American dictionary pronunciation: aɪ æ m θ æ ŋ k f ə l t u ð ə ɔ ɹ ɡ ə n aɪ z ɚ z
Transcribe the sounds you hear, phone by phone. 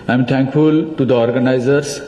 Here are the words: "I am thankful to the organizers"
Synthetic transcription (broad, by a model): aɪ m t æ ŋ k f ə l t u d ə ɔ ɹ ɡ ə n aɪ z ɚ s